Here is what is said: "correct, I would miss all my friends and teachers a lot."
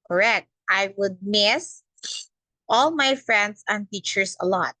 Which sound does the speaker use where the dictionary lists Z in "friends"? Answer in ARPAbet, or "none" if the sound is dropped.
S